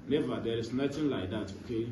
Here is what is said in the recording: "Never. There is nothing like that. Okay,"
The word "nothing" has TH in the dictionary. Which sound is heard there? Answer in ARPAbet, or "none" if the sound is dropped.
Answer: T